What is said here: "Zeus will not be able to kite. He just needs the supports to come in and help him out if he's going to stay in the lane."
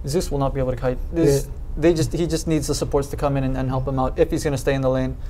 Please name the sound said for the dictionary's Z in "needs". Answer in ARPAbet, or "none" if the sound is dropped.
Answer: Z